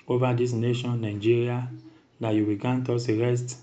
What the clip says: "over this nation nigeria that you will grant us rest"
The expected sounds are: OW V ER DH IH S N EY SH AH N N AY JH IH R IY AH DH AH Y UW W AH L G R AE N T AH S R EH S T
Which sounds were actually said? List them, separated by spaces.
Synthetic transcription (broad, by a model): OW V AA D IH S N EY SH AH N N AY JH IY R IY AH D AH Y UW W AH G AA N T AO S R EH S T